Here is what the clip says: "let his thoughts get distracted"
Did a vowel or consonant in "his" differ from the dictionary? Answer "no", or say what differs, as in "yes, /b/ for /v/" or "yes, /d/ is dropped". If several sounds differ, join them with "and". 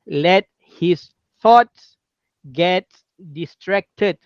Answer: yes, /s/ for /z/